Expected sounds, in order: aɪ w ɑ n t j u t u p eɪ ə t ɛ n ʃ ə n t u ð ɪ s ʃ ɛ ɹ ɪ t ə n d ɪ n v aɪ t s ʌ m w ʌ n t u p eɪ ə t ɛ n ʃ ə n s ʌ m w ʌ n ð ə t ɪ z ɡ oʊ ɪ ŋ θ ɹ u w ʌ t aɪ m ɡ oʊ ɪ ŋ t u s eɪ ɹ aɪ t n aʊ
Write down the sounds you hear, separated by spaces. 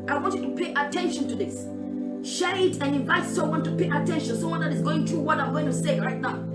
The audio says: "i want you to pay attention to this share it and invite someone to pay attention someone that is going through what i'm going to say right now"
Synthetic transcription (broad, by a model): aɪ w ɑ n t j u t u p eɪ ə t ɛ n ʃ ə n t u ð ɪ s ʃ ɛ ɹ ɪ t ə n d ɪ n v aɪ t s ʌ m w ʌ n t u p eɪ ə t ɛ n ʃ ə n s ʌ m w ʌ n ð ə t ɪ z ɡ oʊ ɪ ŋ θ ɹ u w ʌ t aɪ m ɡ oʊ ɪ ŋ t u s eɪ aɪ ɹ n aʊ